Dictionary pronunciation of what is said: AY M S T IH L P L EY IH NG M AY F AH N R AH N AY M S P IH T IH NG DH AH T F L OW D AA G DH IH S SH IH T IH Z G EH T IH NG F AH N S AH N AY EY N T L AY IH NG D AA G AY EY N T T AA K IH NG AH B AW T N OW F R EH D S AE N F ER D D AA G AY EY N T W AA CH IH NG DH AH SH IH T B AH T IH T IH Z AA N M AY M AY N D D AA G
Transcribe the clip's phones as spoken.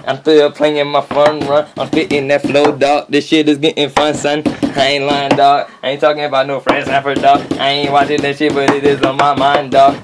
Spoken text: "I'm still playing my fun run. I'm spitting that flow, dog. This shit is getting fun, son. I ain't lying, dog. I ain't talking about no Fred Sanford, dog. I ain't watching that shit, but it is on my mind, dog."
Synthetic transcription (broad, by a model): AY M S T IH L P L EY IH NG M AY F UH N R AH N AY M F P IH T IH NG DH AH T F L OW D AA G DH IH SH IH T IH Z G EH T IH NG F AH N S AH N AY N L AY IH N D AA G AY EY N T T AA K IH NG AH B AW T N OW F R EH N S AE F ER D D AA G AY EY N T W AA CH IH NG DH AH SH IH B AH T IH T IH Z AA M AY M AY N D D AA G